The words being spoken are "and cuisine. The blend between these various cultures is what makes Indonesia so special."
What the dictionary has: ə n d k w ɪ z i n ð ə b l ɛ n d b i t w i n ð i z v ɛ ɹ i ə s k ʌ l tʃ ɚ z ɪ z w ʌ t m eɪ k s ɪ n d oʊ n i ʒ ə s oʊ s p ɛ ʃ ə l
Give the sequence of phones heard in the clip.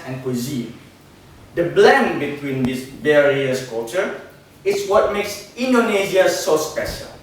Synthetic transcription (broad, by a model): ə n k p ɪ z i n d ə b l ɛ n b i t w i n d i s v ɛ ɹ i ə s k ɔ tʃ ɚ ɪ s w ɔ t m eɪ k s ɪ n d oʊ n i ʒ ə s oʊ s p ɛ ʃ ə l